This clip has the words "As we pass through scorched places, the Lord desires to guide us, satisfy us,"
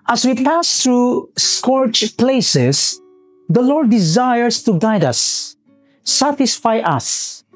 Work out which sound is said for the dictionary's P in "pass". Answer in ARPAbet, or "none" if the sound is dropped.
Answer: P